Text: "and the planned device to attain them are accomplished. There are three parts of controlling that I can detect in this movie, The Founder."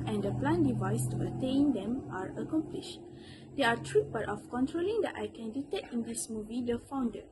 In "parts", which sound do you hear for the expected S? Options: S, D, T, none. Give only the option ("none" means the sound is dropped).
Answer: none